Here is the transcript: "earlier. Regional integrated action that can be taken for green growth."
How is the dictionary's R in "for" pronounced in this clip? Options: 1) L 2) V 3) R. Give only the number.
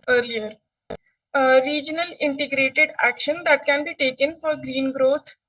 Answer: 3